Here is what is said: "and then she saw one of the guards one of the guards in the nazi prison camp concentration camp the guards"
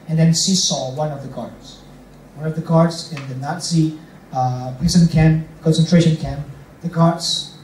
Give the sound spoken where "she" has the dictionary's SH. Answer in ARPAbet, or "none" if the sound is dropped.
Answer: S